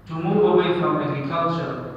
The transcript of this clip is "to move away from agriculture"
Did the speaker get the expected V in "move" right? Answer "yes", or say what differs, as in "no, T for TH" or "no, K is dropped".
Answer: no, V is dropped